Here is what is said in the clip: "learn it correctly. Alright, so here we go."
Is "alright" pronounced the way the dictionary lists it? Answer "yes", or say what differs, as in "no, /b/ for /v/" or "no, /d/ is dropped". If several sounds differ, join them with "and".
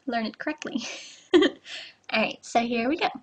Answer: no, /l/ is dropped